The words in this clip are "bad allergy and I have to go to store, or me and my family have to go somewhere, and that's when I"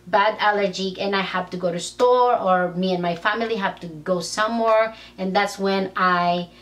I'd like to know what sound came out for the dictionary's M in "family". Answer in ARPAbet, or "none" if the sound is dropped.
M